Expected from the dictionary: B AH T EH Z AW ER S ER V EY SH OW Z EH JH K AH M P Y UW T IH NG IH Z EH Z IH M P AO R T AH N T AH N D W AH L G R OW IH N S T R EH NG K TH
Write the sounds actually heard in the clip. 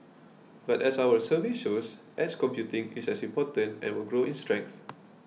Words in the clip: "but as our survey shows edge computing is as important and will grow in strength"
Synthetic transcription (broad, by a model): B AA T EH S AW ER S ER V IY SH OW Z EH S K AH M P Y UW T IH NG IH S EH S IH M P AO T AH N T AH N W AH L G R OW IH N S T R EH NG K TH